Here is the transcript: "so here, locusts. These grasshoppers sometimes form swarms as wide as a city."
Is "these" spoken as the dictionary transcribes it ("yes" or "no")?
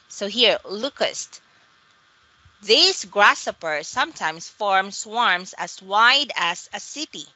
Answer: no